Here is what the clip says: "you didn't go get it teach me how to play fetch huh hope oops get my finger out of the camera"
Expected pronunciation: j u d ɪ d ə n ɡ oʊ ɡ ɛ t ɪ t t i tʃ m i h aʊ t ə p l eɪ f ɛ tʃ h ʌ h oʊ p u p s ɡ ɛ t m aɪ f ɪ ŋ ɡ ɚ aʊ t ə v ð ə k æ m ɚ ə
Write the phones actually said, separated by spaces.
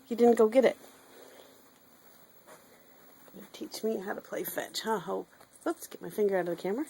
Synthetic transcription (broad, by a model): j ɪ d ɪ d n ɡ oʊ ɡ ɛ t ɪ t t i tʃ m i h aʊ t ə p l eɪ f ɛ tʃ h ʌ h oʊ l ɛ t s ɡ ɛ t m aɪ f ɪ ŋ ɡ ɚ aʊ t ə v ð ə k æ m ɚ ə